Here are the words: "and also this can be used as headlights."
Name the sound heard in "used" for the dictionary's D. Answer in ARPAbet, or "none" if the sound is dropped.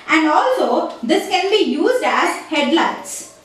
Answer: D